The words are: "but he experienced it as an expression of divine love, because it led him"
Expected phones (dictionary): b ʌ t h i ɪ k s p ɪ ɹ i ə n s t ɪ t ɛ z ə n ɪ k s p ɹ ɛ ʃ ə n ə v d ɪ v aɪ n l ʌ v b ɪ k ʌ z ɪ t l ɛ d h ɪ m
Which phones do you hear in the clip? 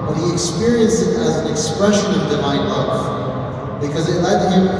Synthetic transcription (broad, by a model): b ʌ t h i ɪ k s p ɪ ɹ i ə n s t ɪ t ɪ z n ɪ k s p ɹ ɛ ʃ ə n ə v d ɪ v aɪ n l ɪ f b ɪ k ʌ z ɪ t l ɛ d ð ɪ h